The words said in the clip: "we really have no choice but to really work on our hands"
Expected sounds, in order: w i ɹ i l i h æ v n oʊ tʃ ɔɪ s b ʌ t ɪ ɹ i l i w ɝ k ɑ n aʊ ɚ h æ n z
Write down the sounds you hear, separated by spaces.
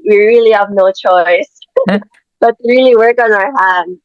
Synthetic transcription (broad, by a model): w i ɹ i l i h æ v n oʊ tʃ ɔɪ s b ʌ t ɪ ɹ i l i w ɝ k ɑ n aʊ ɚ h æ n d